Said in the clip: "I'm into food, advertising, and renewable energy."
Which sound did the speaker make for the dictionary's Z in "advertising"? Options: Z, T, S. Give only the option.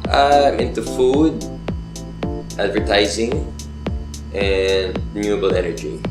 Z